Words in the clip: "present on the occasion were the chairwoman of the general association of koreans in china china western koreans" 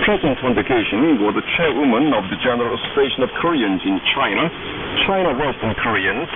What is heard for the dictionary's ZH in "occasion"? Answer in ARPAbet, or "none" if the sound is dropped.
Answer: SH